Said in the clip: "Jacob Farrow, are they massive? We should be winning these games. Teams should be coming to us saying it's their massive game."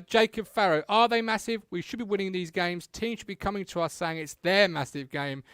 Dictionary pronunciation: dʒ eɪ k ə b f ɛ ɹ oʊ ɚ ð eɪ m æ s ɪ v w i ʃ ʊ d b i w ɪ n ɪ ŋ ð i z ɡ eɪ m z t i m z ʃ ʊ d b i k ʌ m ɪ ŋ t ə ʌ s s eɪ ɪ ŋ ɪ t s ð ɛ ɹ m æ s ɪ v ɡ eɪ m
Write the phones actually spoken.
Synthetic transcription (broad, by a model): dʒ eɪ k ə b f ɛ ɹ oʊ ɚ ð eɪ m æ s ɪ v w i ʃ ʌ d b i w ɪ n ɪ ŋ ð i z ɡ eɪ m z t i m ʃ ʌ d b i k ʌ m ɪ ŋ t ə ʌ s s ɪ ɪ ŋ ɪ t s ð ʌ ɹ m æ s ɪ v ɡ eɪ m